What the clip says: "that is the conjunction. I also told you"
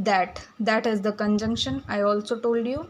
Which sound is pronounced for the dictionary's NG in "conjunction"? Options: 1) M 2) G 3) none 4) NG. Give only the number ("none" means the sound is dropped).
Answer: 4